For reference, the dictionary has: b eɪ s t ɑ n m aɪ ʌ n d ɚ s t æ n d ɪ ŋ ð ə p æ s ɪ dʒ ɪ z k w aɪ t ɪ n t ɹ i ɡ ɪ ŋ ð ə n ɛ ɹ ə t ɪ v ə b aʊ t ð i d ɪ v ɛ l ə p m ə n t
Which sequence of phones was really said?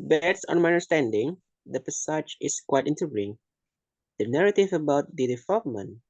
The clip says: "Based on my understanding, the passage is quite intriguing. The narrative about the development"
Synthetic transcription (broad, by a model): b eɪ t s ɑ n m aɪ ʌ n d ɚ s t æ n d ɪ ŋ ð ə p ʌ s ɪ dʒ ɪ s k w aɪ t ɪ n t ʌ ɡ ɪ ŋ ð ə n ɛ ɹ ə t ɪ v ə b aʊ t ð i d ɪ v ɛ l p m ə n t